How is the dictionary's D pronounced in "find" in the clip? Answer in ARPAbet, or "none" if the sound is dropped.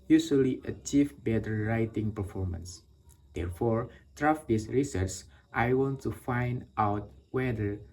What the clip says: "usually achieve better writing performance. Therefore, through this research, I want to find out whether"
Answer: D